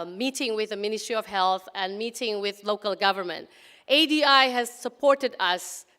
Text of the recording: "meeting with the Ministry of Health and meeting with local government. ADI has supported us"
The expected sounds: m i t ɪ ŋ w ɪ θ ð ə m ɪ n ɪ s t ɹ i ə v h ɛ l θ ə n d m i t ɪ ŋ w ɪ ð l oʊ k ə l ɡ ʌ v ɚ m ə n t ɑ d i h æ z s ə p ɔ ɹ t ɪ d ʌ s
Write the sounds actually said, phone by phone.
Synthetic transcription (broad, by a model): m i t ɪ ŋ w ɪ ð ə m ɪ n ɪ s t ɹ i ə v h ɛ l θ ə n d m i t ɪ ŋ w ɪ ð l oʊ k ə l ɡ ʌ v ɚ m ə n t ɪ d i h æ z s ə p ɔ ɹ t ɪ d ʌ s